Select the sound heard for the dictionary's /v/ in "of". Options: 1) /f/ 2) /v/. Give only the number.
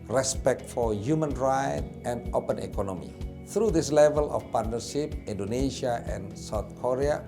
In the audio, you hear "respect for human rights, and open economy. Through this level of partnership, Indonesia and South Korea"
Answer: 1